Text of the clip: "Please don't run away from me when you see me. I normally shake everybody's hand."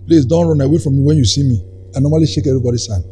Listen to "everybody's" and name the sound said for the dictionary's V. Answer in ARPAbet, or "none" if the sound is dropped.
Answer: none